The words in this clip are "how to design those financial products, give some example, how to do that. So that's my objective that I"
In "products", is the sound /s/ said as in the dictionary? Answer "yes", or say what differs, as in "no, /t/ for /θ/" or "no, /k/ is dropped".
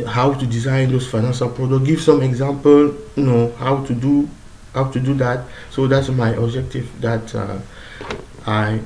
no, /s/ is dropped